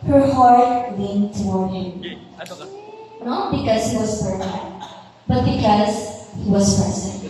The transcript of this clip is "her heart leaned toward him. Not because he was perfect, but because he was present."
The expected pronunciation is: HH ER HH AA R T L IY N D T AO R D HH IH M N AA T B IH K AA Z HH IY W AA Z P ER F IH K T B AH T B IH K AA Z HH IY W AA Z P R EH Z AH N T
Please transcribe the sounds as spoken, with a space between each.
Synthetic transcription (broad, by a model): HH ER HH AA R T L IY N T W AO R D HH IH M N AA T B IH K AA Z HH IY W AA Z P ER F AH T B AH T B IH K AA Z HH IY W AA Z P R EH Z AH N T